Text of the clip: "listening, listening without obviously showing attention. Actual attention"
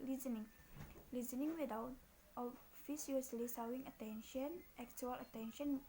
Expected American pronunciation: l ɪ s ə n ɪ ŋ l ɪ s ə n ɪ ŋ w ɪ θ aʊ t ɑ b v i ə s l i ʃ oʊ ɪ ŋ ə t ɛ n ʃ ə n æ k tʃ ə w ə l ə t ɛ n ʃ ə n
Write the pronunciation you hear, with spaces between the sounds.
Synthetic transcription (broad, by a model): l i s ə n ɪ ŋ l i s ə n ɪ ŋ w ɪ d aʊ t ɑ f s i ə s l i s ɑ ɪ ŋ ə t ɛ n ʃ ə n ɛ k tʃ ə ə l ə t ɛ n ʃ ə n